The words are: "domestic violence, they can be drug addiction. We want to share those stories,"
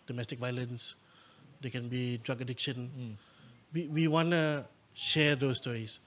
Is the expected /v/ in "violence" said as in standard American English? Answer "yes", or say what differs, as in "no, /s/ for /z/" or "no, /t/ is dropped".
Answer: yes